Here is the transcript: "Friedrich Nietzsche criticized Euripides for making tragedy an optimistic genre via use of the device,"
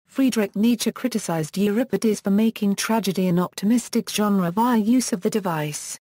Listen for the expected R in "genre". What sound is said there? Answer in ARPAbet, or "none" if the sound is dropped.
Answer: R